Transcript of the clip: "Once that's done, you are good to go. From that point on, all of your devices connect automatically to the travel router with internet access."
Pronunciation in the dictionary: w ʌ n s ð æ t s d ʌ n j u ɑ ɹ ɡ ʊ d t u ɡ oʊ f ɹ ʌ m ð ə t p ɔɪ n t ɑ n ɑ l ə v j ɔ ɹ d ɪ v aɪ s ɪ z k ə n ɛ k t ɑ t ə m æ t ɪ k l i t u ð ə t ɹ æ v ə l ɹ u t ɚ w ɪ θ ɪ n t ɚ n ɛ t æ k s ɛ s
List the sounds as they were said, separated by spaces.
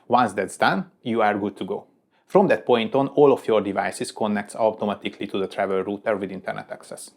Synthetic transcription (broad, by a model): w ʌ n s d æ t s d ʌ n j u ɑ ɹ ɡ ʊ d t u ɡ oʊ f ɹ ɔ m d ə t p ɔɪ n t ɑ n ɑ l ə f j ɔ ɹ d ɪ v aɪ s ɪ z k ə n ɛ k t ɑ t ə m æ t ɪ k l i t u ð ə t ɹ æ v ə l ɹ u t ɚ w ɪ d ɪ n t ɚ n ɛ t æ k s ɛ s